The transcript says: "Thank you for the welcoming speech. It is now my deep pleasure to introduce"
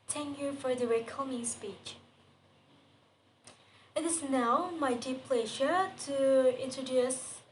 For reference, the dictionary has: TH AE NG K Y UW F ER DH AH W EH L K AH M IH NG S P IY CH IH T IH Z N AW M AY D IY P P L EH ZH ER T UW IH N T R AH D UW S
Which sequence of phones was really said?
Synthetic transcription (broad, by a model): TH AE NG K Y UW F ER DH AH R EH K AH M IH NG S P IY CH IH T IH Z N AW M AY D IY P P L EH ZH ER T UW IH N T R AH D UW S